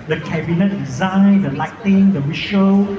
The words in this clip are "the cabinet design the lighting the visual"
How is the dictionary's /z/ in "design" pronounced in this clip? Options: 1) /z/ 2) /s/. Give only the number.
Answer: 1